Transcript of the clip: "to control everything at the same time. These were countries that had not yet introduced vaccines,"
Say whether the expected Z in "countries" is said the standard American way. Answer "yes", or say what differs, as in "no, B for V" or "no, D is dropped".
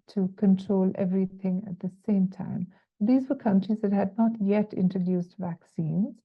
yes